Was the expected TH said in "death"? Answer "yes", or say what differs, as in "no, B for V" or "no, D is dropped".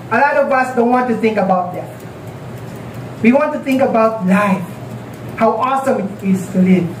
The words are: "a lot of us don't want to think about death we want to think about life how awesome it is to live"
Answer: no, S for TH